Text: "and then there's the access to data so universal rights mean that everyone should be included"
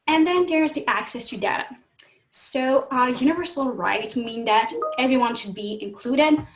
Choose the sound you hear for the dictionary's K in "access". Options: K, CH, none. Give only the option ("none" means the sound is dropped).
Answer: K